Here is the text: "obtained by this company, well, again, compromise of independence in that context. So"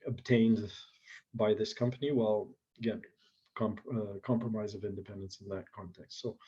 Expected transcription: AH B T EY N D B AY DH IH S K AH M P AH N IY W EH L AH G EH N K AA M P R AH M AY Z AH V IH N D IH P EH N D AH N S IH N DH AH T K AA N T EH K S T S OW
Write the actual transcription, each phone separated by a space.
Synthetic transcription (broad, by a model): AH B T EY N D B AY DH IH S K AH M P AH N IY W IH L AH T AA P K AA M P R AH M AY Z AH V IH N D IH P EH N D AH N S N DH AH T K AA N T EH K S T S OW